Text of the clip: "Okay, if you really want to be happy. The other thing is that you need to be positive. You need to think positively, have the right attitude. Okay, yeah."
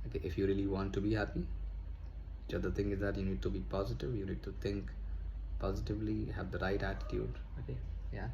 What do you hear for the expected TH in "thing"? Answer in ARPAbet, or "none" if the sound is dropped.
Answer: T